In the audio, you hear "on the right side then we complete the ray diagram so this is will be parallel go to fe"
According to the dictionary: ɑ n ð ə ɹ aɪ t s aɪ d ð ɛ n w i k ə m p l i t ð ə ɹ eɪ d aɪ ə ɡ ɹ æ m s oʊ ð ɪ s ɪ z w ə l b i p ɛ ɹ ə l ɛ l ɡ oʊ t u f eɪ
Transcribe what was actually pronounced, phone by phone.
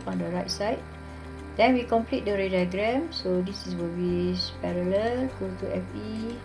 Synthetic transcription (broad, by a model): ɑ n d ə ɹ aɪ t s aɪ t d ɛ n w i k ə m p l i t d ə ɹ eɪ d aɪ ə ɡ ɹ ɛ m s oʊ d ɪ s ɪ s w ə l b i p ɛ ɹ ə l ɛ l ɡ oʊ t u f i